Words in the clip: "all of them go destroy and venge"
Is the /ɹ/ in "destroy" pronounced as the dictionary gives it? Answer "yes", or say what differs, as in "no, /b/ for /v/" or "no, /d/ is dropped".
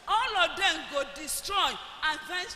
yes